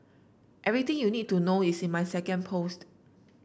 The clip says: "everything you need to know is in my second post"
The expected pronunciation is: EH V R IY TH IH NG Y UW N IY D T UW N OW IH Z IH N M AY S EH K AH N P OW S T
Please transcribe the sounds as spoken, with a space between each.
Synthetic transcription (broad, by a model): EH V R IY T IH NG Y UW N IY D T UW N OW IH S IH N M AY S EH K AH N P OW S T